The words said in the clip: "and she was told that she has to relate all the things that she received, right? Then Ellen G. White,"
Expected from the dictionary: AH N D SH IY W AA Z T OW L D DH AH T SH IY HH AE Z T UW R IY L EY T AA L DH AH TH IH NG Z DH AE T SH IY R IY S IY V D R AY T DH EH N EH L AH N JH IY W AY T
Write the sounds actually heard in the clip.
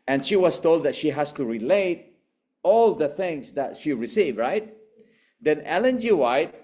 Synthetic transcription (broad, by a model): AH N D SH IY W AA S T OW L D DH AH T SH IY HH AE S T UW R IY L EY T AA L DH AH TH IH NG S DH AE T SH IY R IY S IY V R AY T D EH N EH L AH N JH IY W AY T